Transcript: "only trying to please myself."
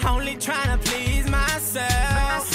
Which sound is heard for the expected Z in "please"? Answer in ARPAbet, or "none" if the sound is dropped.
Z